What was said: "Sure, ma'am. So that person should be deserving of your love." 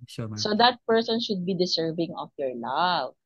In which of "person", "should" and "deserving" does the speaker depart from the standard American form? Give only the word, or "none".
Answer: deserving